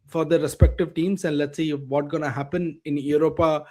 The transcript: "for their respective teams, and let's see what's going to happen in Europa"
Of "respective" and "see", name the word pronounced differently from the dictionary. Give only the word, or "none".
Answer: none